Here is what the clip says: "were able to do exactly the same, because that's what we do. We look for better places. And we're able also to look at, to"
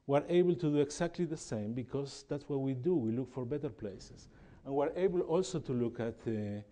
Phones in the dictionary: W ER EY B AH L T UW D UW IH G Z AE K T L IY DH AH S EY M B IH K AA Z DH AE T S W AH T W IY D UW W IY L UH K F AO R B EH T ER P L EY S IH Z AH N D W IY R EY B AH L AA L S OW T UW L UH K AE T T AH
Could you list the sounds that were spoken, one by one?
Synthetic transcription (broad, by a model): W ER EY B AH L T UW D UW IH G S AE K T L IY DH AH S EY M B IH K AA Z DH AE T S W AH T W IY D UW W IY L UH K F AO R B EH T ER P L EY S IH S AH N W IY R EY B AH L AA L S OW T UW L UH K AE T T